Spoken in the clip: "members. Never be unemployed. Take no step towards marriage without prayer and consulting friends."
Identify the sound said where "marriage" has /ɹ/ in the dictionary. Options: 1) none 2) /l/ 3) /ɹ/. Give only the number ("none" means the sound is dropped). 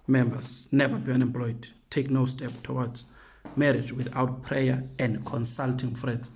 3